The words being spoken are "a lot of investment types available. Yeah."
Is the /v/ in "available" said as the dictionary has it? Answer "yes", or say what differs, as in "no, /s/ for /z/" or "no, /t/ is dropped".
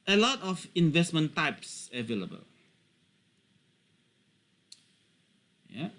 yes